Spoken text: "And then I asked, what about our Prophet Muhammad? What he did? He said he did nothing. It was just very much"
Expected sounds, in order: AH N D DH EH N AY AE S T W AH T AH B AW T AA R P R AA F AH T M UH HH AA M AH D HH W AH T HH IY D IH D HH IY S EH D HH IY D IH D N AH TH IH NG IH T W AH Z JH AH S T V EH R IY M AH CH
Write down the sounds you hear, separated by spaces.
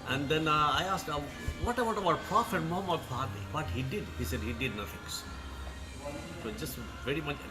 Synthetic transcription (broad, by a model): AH N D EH N AY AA S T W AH T AH B AW T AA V P R AA F AH T M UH HH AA M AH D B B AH T HH IY D IH D HH IY S EH D HH IY D IH D N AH F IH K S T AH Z JH AH S T V EH R IY M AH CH